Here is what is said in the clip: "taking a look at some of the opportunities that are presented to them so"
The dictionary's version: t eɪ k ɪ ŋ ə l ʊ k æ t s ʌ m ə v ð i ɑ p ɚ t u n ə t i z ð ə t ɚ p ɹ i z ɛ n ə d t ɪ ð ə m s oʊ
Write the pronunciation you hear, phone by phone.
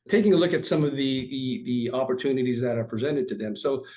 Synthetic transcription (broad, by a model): t eɪ k ɪ ŋ ə l ʊ k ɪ t s ʌ m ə v ð i ɑ p ɚ t u n ə t i z ð ə t ɚ p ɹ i z ɛ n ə d t ɪ ð ə m s oʊ